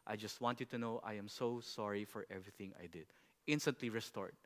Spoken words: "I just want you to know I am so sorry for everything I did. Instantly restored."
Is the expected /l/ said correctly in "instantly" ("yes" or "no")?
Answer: yes